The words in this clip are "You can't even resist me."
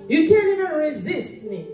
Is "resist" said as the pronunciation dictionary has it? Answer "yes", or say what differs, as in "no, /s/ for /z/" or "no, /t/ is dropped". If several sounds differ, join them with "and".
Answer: yes